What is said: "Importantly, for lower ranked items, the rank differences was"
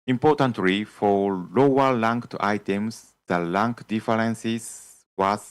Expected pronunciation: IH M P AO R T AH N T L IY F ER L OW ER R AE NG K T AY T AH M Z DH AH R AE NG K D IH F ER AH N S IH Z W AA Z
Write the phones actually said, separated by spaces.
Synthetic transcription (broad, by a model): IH M P AO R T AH N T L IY F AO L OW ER L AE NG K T AY T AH M S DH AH L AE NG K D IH F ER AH N S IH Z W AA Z